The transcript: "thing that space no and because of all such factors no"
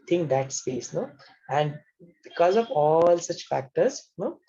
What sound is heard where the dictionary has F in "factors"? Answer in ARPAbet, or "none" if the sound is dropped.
F